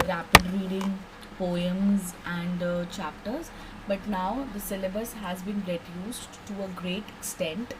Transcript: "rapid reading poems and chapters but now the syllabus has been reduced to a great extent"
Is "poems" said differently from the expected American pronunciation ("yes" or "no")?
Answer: no